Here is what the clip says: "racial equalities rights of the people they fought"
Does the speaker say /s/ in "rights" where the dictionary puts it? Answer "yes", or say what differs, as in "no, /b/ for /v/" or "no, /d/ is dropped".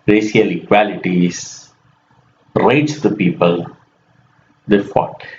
no, /s/ is dropped